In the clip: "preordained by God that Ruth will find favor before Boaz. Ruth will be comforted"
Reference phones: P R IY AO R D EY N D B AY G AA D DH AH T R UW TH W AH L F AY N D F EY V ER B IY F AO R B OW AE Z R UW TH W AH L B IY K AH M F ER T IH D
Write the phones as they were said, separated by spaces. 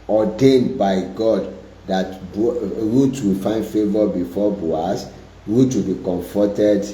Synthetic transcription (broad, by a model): AO D EY N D B AY G AA D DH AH T R UW T W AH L F AY N D F EY V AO B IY F AO B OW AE S R UW T W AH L B IY K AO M F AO T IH D